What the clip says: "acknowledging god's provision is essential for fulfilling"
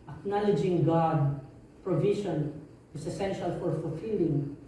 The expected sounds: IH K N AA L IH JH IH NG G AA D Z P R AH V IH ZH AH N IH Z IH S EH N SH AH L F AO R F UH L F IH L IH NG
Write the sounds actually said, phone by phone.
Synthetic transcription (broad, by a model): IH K N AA L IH JH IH NG G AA D P R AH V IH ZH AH N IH S IH S EH N SH AH L F AO R F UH L F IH L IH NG